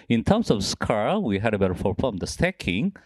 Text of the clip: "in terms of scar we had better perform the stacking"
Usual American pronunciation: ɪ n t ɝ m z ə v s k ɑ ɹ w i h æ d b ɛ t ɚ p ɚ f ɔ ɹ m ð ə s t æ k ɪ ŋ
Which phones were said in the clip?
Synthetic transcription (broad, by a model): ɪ n t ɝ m s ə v s k ɑ ɹ w i h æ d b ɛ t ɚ f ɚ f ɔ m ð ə s t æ k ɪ ŋ